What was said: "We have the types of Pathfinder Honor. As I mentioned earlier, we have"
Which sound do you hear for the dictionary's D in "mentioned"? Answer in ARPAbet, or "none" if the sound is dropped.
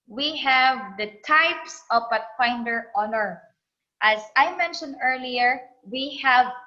D